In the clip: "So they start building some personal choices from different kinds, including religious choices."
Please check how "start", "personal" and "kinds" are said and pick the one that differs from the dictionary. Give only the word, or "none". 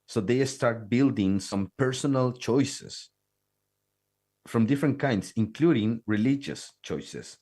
kinds